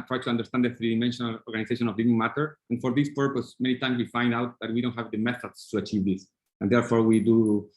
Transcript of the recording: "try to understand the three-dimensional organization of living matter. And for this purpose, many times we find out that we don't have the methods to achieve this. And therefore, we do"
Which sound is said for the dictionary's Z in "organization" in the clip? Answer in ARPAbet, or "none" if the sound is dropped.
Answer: S